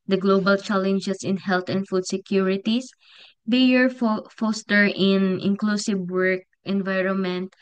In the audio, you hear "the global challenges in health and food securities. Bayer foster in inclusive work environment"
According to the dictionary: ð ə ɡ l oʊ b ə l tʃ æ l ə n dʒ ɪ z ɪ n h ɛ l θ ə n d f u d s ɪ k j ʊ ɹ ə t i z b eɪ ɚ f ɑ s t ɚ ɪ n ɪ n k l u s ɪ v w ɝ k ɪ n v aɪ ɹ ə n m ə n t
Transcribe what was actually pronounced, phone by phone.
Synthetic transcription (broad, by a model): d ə ɡ l oʊ b ə l tʃ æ l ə n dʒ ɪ s ɪ n h ɛ l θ ə n d f u d s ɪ k j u ɹ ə t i s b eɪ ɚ f ɑ s t ɚ ɪ n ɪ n k l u s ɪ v w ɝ k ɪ n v aɪ ɹ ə n m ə n t